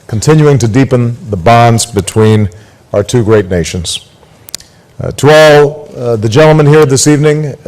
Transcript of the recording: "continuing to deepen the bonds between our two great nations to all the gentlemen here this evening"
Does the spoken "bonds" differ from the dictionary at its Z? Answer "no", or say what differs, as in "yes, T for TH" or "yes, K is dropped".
no